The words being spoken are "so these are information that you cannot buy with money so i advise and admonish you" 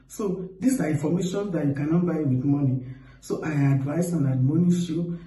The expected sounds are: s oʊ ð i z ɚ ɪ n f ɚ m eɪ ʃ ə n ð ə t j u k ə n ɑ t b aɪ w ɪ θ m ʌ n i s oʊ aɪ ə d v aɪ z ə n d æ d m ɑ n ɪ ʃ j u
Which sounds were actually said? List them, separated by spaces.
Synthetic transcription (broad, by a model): s oʊ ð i s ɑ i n f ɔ m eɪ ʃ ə n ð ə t j u k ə n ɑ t b aɪ w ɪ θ m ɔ n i s oʊ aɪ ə d v aɪ s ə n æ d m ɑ n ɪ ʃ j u